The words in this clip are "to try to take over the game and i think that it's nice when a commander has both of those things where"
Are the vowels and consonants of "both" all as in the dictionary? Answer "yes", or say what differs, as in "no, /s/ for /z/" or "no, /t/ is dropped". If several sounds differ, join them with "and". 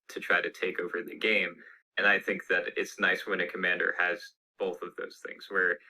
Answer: yes